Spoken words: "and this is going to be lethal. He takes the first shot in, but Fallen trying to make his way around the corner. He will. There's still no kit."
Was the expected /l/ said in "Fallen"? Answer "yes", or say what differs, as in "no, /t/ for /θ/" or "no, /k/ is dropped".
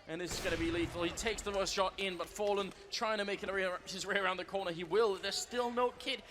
yes